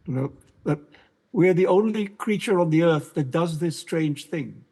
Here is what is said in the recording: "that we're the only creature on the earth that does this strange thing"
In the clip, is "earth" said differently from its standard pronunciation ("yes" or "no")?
no